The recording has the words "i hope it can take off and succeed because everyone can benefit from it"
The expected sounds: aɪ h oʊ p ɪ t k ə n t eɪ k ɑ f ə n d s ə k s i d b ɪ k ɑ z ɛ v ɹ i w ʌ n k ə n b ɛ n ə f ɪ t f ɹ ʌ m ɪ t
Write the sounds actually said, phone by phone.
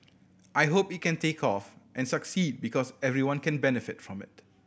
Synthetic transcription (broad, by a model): aɪ h oʊ p ɪ t k ə n t eɪ k ɑ f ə n s ə k s i d b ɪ k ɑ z ɛ v ɹ i w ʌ n k ə n b ɛ n ə f ɪ t f ɹ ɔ m ɪ t